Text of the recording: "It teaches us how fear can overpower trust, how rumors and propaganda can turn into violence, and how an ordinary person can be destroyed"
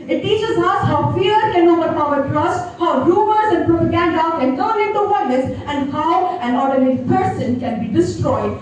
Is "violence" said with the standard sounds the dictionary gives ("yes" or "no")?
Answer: no